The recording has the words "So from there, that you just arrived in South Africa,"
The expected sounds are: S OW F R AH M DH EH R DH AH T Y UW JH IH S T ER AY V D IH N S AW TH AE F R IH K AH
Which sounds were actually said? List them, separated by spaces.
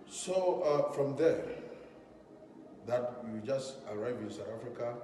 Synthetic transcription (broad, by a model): S OW F R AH M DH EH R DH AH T Y UW JH IH S T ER AY V IH N S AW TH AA F R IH K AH